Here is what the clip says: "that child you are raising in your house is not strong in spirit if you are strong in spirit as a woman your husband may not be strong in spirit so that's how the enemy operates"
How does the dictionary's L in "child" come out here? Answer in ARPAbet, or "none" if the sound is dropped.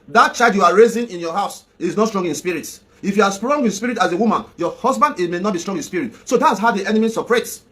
none